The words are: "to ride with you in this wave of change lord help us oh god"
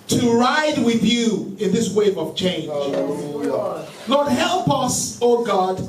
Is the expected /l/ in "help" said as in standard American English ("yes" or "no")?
yes